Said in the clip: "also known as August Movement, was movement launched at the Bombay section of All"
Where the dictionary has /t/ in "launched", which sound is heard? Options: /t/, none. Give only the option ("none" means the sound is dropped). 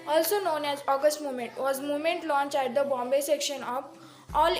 none